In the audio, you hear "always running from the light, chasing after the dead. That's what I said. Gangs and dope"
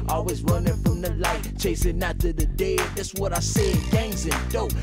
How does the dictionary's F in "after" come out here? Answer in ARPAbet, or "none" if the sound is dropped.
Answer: none